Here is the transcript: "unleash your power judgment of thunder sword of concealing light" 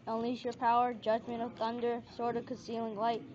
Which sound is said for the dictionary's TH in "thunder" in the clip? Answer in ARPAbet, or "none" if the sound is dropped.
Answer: TH